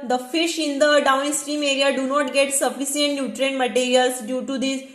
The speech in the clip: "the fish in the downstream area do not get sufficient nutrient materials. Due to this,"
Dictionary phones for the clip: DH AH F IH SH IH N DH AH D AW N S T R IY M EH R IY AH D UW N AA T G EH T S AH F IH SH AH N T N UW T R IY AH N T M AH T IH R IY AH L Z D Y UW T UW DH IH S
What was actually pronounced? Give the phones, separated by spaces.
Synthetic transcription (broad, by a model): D AH F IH SH IH N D AH D AW N S T R IY M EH R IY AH D UW N AA T G EH T S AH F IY S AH N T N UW T R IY N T M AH T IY R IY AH L S D Y UW T UW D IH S